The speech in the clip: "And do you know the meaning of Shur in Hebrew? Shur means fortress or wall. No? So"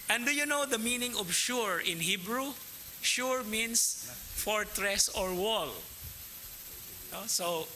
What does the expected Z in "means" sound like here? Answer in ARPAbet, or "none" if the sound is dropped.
S